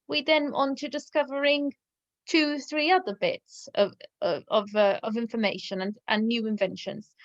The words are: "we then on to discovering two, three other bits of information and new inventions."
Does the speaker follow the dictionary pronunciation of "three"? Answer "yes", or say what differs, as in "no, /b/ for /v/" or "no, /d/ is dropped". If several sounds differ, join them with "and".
yes